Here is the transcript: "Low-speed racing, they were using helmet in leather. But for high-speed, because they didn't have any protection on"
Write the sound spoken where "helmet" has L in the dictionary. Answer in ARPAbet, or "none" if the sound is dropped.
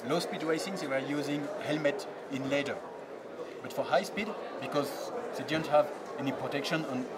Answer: L